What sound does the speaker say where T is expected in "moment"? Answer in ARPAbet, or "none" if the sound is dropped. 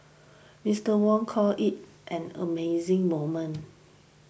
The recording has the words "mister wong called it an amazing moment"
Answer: none